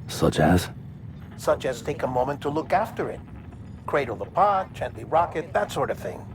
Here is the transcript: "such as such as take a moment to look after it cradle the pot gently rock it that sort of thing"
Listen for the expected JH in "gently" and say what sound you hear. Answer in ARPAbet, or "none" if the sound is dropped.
CH